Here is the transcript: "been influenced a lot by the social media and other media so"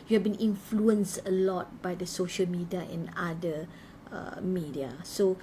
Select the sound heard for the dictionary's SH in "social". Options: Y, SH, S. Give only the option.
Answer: SH